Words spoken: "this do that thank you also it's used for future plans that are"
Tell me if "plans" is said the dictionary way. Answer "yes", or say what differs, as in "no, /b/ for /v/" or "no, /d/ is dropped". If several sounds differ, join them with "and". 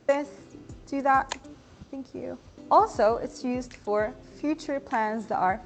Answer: yes